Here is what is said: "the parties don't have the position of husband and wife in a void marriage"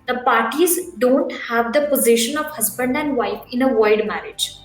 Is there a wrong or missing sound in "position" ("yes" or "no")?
no